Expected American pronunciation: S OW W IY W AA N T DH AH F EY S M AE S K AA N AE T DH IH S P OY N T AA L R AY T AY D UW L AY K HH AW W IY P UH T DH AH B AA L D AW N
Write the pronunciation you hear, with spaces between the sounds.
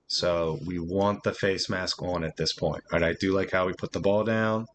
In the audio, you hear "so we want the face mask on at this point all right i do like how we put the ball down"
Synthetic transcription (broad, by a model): S OW W IY W AA N DH AH F EY S M AE S K N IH T DH IH S P OY N T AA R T AY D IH L AY K HH AW W IY P UH T DH AH B AA L D AW N